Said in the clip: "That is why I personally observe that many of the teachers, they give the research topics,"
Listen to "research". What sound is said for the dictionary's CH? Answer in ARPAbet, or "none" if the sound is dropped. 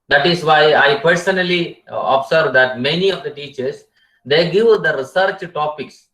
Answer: CH